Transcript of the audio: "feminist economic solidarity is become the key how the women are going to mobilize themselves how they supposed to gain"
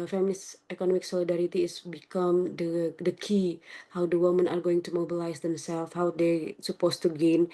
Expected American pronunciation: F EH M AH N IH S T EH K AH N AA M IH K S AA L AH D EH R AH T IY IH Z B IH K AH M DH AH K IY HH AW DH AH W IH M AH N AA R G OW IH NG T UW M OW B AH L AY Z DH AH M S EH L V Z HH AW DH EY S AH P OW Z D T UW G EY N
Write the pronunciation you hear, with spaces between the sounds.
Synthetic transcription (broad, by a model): F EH M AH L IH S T EH K AH N AA M IH K S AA L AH D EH R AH T IY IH S B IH K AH M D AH K IY HH AW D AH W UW M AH N AA R G OW IH NG T UW M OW B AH L AY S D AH M S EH L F HH AW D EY S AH P OW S T UW G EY N